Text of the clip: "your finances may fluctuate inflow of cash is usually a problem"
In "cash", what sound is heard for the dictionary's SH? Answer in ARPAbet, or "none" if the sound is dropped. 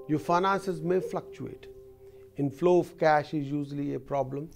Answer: SH